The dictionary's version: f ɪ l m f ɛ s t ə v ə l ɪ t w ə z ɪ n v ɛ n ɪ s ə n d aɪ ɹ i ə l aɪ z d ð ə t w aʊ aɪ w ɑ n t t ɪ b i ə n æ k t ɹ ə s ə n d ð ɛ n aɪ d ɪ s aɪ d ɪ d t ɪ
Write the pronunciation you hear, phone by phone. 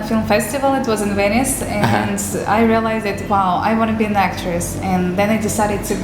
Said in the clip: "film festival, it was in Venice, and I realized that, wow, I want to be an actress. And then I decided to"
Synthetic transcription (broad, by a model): f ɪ l m f ɛ s t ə v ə l ɪ t w ə z ɪ n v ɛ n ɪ s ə n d aɪ ɹ i ə l aɪ z d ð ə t w aʊ aɪ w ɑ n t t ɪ b i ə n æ k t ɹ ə s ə n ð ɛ n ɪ d ɪ s aɪ d ɪ d t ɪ